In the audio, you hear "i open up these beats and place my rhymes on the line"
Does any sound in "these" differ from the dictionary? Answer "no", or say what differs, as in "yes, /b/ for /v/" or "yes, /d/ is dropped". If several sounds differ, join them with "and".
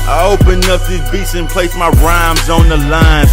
yes, /z/ is dropped